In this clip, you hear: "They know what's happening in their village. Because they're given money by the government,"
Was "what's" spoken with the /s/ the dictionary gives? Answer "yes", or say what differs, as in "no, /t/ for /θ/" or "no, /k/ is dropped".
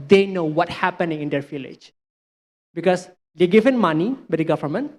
no, /s/ is dropped